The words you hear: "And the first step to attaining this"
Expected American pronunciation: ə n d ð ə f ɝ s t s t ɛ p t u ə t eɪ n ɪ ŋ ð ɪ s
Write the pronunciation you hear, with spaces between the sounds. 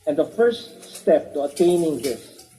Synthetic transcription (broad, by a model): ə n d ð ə f ɝ s t s t ɛ p t u ə t eɪ n ɪ ŋ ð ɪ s